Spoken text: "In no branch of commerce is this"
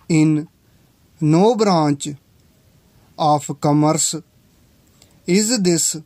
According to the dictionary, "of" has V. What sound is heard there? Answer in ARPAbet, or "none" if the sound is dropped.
P